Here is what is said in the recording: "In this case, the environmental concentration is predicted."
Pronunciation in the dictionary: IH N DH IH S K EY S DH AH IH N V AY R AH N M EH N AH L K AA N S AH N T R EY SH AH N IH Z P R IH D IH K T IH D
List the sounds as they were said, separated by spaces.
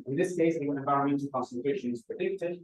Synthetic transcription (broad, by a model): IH N DH IH S K EY S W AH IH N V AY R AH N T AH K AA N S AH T EY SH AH N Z P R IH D IH K T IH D